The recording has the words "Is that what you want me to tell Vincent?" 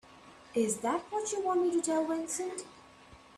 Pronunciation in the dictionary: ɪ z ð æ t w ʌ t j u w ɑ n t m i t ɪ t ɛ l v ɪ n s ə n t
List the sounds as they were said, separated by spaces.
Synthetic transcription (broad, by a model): ɪ z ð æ t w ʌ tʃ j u w ɑ n t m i t ɪ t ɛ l w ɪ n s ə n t